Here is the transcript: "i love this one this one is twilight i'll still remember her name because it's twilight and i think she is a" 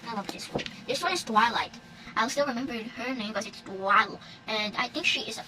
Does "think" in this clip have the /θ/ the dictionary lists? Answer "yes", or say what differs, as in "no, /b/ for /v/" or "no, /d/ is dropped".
yes